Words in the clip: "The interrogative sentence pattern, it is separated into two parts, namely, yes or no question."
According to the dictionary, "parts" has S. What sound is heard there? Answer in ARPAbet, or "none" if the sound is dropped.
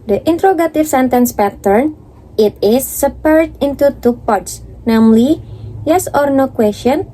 S